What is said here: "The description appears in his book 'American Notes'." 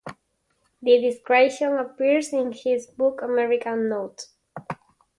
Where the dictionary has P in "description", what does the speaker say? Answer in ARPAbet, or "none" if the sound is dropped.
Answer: none